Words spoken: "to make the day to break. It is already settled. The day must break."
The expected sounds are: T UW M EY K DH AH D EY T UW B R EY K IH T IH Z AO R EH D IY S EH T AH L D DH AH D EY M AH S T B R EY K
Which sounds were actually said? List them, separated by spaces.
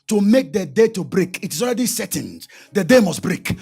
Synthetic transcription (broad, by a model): T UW M EY K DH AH D EY T UW B R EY K IH T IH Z AO R EH D IY S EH T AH N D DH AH D EY M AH S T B R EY K